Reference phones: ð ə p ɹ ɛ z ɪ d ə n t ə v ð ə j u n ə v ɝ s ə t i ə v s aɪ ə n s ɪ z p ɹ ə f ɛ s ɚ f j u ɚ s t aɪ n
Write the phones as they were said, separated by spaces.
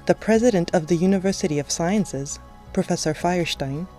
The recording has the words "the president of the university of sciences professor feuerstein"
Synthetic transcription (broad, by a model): ð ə p ɹ ɛ z ɪ d ə n t ə v ð ə j u n ə v ɝ s ə t i ə v s aɪ ə n s ɪ z p ɹ ə f ɛ s ɚ f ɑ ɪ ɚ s t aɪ n